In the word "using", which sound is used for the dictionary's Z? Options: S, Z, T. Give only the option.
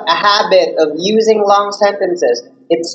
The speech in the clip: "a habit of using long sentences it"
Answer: Z